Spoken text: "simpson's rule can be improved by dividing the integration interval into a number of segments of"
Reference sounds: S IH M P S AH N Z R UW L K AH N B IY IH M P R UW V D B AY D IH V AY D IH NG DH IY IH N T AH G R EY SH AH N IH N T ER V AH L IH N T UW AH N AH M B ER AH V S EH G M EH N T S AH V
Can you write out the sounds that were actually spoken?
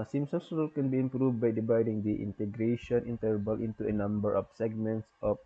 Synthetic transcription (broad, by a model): S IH M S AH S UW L K AH N B IY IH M P R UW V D B AY D IH V AY D IH NG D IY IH N T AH G R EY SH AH N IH N T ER B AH L IH N T UW AH N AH M B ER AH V S EH G M EH N T S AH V